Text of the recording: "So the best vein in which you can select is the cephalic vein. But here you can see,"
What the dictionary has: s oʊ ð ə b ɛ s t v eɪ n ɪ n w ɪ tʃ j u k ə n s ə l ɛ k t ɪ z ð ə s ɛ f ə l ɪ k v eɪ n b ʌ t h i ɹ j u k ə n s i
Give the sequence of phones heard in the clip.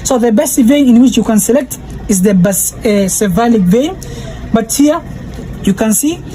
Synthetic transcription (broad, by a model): s oʊ ð ə b ɛ s t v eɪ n ɪ n w ɪ tʃ j u k ə n s ə l ɛ k t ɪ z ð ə s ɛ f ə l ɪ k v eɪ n b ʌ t h i ɹ j u k ə n s i